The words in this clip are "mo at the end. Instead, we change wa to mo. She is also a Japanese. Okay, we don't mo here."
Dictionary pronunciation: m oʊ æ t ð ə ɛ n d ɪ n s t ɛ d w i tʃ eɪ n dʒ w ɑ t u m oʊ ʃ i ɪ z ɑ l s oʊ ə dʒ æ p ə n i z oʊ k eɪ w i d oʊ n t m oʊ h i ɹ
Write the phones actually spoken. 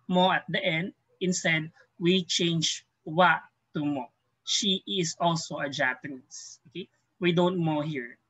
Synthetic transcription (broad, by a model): m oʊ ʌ t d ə ɛ n d ɪ n s t ɛ d w i tʃ eɪ n dʒ w ɑ t u m oʊ ʃ i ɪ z ɑ l s oʊ ə dʒ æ p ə n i s oʊ k eɪ w i d oʊ n t m oʊ h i ɹ